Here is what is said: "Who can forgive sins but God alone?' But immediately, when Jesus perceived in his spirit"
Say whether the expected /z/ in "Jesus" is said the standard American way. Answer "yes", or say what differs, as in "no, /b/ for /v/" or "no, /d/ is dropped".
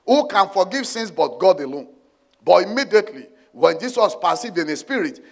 no, /s/ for /z/